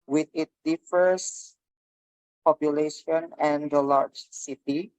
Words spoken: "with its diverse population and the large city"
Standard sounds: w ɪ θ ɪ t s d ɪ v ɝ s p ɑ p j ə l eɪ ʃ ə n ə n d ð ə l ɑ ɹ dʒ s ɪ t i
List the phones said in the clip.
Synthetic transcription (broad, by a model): w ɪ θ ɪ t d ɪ f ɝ s p ɑ p j ə l eɪ ʃ ə n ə n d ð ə l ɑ ɹ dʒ s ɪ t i